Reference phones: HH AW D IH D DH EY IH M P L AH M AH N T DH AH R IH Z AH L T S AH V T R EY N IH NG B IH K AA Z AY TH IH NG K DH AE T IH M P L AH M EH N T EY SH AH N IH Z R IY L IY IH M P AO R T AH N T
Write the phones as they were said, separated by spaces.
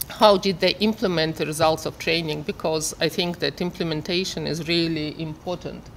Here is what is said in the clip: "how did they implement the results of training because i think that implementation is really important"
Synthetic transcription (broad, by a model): HH AW D IH D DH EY IH M P L AH M AH N T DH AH R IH Z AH L T S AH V T R EY N IH NG B IH K AA Z AY TH IH NG K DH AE T IH M P L AH M EH N T EY SH AH N IH Z R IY L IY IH M P AO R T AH N T